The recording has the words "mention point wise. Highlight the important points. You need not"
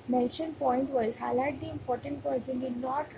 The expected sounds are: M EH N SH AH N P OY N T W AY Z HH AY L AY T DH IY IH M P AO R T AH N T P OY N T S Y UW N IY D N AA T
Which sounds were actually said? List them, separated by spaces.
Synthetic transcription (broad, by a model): M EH N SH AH N P OY N T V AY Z HH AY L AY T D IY IH M P AO R T AH N T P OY T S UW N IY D N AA T